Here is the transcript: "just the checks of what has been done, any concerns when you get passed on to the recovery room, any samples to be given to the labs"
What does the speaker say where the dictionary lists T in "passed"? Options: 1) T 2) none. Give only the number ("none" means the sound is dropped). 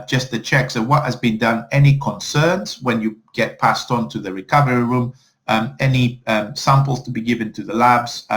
1